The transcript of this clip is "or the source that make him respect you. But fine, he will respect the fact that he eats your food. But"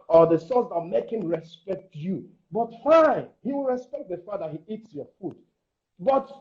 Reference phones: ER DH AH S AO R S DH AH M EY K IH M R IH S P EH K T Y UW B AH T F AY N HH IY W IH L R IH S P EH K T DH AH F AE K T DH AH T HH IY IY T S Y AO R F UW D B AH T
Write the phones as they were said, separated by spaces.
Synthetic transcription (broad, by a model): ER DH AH S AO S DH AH M EY K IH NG R IH S P EH K T Y UW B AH T F AY N HH IY W IH L R IH S P EH K T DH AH F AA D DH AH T HH IY IY T S Y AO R F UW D B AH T